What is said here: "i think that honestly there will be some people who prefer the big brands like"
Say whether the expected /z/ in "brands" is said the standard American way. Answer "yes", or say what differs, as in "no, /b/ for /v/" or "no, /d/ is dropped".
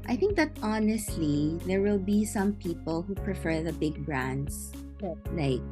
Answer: no, /s/ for /z/